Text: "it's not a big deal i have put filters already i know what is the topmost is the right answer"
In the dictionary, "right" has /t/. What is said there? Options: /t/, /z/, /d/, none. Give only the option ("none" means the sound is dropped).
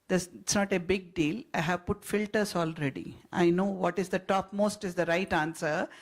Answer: /t/